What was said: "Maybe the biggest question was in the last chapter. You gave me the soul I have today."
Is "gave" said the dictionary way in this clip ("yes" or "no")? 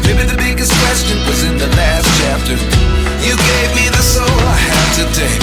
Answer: yes